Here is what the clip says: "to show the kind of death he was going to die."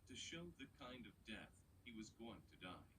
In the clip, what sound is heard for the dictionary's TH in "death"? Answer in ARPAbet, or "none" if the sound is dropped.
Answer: TH